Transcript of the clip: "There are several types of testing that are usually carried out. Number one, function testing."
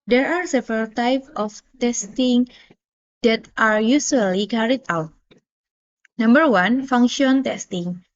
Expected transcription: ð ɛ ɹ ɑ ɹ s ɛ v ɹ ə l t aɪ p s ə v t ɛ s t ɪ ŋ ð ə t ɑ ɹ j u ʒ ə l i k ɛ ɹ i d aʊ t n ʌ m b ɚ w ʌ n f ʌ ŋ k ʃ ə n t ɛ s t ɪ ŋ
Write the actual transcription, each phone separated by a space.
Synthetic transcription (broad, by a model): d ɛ ɹ ɑ ɹ s ɛ v ɹ ə l t aɪ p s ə f t ɛ s t ɪ ŋ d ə t ɑ ɹ j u s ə l i k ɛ ɹ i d aʊ t n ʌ m b ɚ w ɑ n f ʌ ŋ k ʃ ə n t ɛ s t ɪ ŋ